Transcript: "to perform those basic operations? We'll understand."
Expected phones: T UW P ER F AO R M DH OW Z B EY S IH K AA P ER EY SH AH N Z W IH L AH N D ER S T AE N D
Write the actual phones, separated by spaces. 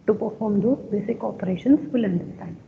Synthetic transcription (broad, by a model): T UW P ER F AO R M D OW B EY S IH K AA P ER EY SH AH N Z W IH L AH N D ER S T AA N